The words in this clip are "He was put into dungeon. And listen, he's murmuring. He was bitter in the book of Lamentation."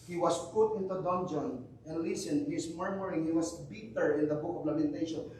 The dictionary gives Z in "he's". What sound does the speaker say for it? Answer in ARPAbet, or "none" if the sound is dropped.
S